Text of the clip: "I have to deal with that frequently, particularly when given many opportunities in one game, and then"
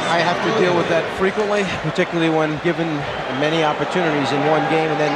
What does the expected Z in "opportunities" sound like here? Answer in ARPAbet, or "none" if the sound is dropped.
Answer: Z